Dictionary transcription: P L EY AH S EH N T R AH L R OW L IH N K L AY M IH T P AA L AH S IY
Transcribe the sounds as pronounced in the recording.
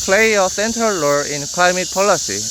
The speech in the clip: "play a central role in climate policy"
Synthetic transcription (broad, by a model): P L EY AH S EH N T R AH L L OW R IH N K L AY M IH T P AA L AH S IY